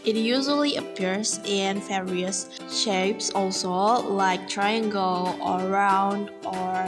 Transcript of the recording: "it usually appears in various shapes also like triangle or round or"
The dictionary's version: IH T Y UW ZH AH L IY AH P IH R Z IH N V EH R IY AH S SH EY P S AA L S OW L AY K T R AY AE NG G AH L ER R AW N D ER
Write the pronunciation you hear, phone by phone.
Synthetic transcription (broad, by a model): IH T Y UW ZH AH L IY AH P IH R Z IH N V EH R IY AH S SH EY P S AA L S OW L AY K T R AY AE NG G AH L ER R AW N D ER